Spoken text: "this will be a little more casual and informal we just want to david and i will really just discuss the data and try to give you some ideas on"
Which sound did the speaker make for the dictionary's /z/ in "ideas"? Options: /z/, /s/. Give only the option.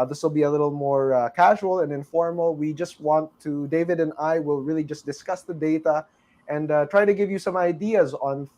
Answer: /z/